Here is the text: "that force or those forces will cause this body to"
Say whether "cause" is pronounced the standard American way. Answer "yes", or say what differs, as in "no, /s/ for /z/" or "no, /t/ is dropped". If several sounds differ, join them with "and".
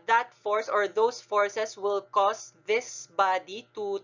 no, /s/ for /z/